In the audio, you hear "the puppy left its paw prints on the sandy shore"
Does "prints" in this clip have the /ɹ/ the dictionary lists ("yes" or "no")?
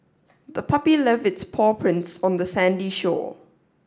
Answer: yes